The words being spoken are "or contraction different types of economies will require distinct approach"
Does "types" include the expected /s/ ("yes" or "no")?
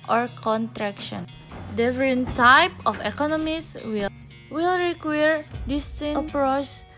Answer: no